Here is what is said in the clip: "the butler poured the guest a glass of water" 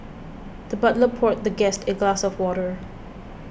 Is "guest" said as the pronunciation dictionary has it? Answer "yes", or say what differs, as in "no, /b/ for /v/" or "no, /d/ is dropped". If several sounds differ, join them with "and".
yes